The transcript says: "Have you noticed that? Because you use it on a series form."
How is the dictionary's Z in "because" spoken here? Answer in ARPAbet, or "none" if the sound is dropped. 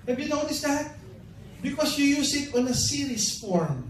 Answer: S